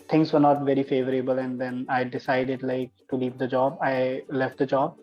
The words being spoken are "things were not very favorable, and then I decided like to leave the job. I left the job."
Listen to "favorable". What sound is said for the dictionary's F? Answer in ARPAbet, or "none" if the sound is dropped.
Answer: F